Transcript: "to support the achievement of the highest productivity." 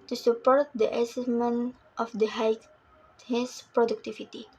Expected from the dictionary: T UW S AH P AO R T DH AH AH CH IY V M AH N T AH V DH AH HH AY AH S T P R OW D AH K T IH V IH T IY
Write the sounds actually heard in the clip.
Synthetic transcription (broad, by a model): T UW S AH P AO R T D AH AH S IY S M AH N T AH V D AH HH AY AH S P R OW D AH K T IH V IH T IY